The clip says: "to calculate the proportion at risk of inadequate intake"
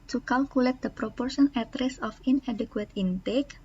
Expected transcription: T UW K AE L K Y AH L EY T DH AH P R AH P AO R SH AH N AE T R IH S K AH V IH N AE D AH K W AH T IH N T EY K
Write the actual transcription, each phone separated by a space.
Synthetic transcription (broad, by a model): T UW K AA L K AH L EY T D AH P R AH P AO R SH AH N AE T R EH S AH F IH N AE D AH K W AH T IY N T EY K